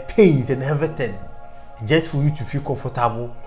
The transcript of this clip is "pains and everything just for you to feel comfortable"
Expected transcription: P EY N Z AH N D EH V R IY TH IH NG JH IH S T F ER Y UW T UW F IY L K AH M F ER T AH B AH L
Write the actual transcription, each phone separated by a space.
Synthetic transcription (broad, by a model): P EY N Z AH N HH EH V IY T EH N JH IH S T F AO Y UW T UW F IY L K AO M F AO T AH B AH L